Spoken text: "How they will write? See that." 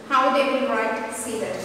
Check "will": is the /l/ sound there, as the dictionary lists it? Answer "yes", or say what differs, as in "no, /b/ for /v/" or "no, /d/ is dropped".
no, /n/ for /l/